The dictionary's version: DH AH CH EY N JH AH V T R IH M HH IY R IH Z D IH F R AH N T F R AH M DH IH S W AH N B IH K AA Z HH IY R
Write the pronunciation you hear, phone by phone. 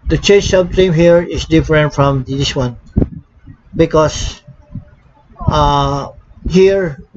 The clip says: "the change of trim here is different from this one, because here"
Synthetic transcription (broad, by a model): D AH CH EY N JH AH B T IH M HH IY R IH S D IH F R AH N T F R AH M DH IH S W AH N B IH K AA S HH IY R